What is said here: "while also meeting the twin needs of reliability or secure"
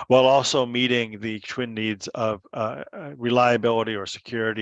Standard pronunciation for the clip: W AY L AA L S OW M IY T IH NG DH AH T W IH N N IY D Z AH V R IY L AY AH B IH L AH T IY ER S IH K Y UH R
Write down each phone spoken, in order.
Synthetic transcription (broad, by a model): W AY L AA L S OW M IY T IH NG DH AH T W IH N N IY D Z AH V R IY L AY AH B IH L AH T IY ER S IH K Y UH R